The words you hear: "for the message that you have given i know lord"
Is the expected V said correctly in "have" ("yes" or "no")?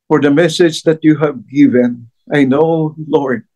yes